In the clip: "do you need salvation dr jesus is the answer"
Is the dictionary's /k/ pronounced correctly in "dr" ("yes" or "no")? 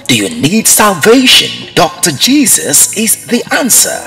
yes